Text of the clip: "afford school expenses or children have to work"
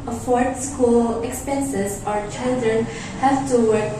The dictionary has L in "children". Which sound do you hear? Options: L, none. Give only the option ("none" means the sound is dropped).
L